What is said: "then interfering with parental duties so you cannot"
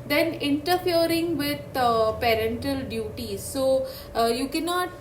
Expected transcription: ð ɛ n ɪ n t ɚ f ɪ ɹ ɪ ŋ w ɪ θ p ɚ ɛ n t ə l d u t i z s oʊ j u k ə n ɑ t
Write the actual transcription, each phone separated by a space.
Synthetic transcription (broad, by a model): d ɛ n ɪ n t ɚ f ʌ ɹ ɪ ŋ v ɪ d p ɚ ɛ n t ə l d u t i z s oʊ j u k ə n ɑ t